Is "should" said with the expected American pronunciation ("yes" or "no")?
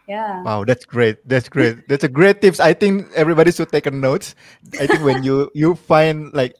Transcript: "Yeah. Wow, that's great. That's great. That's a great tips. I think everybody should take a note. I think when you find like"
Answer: no